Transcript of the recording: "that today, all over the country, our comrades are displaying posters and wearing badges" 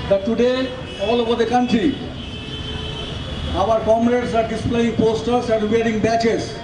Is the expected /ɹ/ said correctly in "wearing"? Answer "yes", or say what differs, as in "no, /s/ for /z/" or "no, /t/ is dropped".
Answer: yes